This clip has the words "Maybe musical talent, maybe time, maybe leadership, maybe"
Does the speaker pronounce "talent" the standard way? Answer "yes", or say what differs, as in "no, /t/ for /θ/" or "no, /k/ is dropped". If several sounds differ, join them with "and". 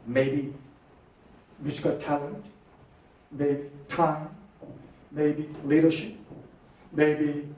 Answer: yes